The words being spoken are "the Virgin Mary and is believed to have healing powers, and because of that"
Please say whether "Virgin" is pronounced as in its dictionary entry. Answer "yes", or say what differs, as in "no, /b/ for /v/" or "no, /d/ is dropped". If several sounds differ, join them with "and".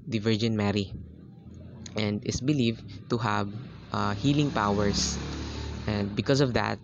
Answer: yes